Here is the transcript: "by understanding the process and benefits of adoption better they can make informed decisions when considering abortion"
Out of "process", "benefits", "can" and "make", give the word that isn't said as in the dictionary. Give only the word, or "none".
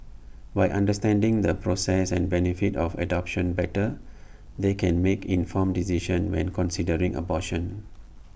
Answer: benefits